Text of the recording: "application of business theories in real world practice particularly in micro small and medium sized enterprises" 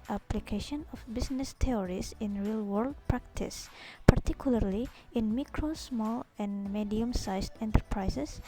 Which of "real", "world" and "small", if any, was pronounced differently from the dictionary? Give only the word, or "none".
none